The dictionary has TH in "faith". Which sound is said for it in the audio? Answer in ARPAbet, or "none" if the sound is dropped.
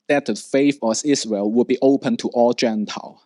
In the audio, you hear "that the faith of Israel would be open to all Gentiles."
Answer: F